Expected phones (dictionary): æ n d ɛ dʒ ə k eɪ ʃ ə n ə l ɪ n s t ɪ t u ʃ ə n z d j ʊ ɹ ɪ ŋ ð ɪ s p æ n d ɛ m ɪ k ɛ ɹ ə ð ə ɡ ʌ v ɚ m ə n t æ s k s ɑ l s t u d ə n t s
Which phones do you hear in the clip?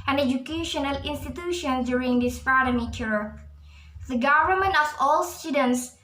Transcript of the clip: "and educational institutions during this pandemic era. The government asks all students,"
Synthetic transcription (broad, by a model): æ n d ɛ dʒ ə k eɪ ʃ ə n ə l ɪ n s t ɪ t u ʃ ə n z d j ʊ ɹ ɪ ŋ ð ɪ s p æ d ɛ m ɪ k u ɹ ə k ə ɡ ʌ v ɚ m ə n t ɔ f ɑ l s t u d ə n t s